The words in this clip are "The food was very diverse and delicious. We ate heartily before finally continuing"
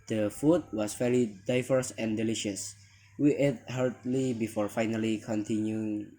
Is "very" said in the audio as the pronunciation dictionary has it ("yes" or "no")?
no